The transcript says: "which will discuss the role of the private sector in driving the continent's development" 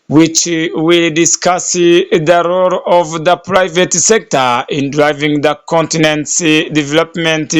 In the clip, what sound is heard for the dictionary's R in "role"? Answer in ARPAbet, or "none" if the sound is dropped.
R